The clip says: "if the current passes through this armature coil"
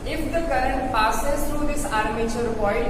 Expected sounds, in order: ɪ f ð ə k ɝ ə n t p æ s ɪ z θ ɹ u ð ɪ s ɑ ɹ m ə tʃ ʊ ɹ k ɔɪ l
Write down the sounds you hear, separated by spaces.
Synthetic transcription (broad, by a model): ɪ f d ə k ɝ ə n t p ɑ s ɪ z t ɹ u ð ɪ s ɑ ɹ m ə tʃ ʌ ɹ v ɔɪ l